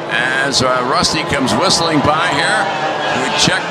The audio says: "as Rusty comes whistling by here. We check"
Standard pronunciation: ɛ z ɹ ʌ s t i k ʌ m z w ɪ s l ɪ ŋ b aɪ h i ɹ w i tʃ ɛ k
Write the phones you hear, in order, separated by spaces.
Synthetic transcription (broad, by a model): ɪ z ɹ ʌ s t i k ʌ m z w ɪ s l ɪ ŋ b aɪ h i ɹ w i tʃ ɛ k